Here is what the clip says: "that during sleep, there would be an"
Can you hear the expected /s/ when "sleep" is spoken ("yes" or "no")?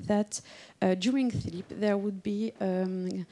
no